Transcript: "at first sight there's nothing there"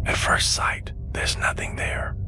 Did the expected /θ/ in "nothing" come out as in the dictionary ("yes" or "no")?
yes